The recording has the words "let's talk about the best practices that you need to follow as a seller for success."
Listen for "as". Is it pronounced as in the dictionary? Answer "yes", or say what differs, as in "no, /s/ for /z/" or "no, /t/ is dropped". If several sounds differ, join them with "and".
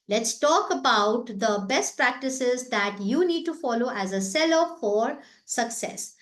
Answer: yes